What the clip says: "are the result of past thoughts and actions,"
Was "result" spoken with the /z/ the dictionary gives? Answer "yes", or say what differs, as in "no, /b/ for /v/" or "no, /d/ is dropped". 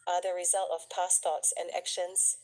yes